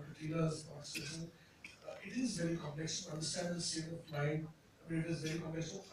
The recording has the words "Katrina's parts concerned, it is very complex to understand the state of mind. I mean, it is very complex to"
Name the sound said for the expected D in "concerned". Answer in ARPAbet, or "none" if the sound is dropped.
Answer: none